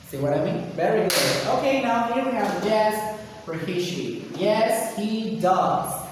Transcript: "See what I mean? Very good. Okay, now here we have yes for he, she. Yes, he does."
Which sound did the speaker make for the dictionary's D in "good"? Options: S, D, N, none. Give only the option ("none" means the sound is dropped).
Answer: none